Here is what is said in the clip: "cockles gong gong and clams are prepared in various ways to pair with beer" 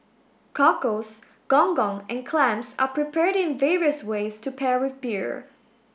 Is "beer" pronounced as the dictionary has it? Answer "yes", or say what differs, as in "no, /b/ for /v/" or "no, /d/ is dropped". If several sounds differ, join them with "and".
yes